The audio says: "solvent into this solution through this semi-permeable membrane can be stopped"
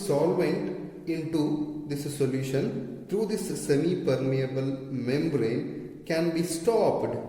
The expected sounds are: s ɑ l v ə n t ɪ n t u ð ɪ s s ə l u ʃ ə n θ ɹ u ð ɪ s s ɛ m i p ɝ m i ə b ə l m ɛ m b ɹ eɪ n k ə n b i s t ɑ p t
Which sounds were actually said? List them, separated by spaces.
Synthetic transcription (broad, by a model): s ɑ l v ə n t ɪ n t u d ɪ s s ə l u ʃ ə n t ɹ u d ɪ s s ɛ m i p ɝ m i ə b ə l m ɛ m b ɹ eɪ n k ə n b i s t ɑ p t